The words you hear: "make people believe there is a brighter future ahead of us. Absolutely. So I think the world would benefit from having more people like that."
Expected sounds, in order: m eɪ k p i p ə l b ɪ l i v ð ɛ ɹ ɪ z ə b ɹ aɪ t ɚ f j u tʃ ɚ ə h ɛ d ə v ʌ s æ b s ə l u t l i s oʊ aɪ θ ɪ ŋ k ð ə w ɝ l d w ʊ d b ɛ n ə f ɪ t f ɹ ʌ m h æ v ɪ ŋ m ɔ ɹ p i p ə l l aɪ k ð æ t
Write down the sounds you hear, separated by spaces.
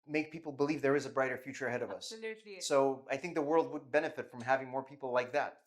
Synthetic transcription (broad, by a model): m eɪ k p i p l b ɪ l i v ð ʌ ɹ ɪ z ə b ɹ aɪ t ɚ f j u tʃ ɚ ə h ɛ d ə v ʌ s s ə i aɪ θ ɪ ŋ k ð ə w ɝ l d w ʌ d b ɛ n ə f ɪ t f ɹ ʌ m h æ v ɪ ŋ m ɔ ɹ p i p l l aɪ k ð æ t